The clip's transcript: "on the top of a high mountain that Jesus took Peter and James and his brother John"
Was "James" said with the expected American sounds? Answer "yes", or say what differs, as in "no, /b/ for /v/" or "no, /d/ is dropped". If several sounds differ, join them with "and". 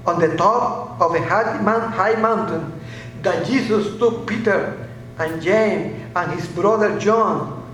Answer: no, /z/ is dropped